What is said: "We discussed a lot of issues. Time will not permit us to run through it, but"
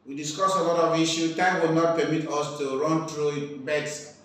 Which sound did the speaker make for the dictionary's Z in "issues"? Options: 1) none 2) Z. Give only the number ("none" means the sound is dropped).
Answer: 1